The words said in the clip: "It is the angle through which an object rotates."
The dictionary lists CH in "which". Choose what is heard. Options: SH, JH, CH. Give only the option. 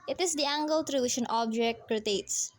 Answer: SH